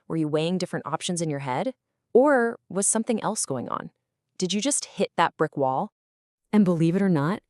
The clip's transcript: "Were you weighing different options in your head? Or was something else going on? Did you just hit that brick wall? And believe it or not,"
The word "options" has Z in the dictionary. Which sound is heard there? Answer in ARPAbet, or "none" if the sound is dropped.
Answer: Z